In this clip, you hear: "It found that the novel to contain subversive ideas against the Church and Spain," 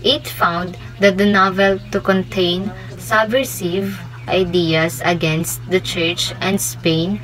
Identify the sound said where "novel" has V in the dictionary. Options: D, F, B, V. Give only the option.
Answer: V